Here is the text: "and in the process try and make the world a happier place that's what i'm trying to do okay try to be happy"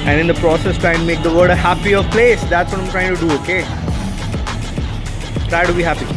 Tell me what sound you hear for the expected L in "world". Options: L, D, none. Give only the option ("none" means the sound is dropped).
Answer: none